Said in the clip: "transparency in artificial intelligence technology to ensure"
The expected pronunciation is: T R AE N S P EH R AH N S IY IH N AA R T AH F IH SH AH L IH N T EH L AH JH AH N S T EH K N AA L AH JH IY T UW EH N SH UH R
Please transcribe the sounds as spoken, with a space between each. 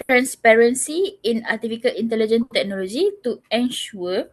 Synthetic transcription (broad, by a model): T R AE N S P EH R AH N S IY IH N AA T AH F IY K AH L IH N T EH L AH JH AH N T EH K N AA L AH JH IY T UW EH N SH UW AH